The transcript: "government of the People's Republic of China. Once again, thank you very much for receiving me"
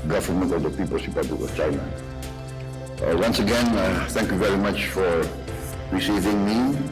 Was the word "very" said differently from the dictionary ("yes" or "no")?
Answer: no